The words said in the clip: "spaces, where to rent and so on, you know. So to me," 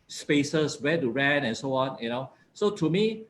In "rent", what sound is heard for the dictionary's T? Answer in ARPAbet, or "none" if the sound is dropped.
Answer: none